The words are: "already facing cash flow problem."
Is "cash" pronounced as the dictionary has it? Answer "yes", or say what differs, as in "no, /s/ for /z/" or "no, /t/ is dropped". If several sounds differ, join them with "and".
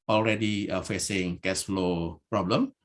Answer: no, /s/ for /ʃ/